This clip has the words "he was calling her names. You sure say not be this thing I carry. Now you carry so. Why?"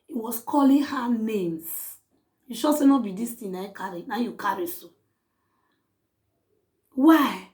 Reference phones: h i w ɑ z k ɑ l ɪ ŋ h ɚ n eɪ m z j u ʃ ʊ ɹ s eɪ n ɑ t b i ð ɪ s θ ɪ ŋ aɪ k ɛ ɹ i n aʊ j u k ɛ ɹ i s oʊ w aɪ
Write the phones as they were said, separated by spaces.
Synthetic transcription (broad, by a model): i w ɑ s k ɑ l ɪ h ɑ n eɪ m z j u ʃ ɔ s eɪ n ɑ b i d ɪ s t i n aɪ k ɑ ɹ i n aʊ j u k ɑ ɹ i s oʊ w aɪ